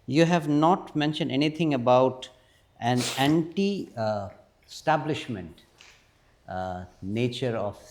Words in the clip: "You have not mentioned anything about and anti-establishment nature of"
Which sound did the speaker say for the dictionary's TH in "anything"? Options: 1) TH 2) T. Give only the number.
2